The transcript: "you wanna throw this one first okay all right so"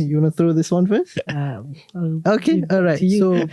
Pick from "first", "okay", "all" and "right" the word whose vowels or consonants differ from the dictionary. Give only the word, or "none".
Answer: first